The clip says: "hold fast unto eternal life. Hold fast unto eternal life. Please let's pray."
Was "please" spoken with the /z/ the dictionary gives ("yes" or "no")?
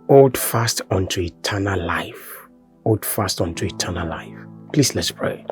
no